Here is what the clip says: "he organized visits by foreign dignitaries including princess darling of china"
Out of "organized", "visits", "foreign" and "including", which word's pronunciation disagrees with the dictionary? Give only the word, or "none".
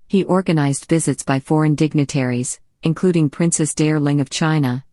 none